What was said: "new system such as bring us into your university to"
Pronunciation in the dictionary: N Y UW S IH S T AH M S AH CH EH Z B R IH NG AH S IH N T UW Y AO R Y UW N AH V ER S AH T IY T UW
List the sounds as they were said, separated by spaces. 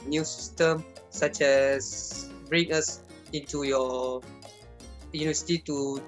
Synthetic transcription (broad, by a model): N Y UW S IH S T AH M S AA CH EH S B R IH NG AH S IH N T UW Y AO Y UW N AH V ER S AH T IY T UW